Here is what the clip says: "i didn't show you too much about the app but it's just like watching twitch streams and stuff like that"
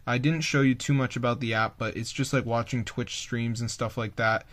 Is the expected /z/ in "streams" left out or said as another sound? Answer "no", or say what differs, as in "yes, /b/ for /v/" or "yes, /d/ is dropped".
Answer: no